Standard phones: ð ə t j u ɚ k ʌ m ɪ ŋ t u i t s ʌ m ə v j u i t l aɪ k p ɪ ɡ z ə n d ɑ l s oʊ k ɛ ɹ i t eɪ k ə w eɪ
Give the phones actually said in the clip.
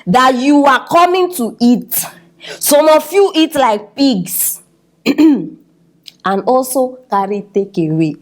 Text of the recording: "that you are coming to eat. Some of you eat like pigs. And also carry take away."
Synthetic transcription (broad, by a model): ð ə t j u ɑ k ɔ m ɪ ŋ t u i t s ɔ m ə f j u i t l aɪ k p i ɡ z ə n ɑ l s oʊ k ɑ ɹ i t eɪ k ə w eɪ